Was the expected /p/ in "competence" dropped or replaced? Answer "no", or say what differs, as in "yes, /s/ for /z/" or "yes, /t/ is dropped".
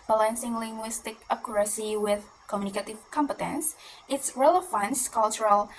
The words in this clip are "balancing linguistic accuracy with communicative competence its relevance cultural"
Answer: no